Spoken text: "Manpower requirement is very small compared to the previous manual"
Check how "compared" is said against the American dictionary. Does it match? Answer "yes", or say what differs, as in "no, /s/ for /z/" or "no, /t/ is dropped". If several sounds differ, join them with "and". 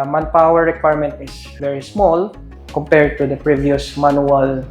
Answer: yes